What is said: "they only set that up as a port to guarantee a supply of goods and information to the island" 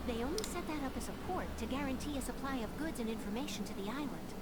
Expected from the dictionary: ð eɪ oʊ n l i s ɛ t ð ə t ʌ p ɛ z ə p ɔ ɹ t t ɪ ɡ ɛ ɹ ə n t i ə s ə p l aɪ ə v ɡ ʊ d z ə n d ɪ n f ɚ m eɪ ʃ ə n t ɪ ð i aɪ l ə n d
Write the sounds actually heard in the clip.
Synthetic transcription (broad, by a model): ð eɪ oʊ n l i s ɛ t ð ə t ʌ p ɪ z ə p ɔ ɹ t t ɪ ɡ ɛ ɹ ə n t i ə s ə p l aɪ ə v ɡ ʊ d z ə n ɪ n f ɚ m eɪ ʃ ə n t ɪ ð i aɪ l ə n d